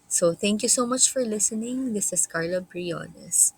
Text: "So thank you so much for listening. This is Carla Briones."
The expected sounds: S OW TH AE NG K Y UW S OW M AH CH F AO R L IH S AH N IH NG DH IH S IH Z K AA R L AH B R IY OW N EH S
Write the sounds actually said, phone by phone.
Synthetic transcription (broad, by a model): S OW TH AE NG K Y UW S OW M AH CH F AO R L IH S AH N IH NG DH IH S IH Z K AA R L AH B R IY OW N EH S